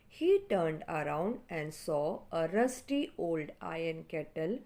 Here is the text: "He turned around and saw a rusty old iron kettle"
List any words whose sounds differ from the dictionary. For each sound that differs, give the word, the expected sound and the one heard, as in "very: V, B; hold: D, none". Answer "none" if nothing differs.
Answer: none